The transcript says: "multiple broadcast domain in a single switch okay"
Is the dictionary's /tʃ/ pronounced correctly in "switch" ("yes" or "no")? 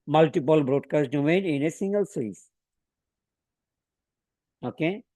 no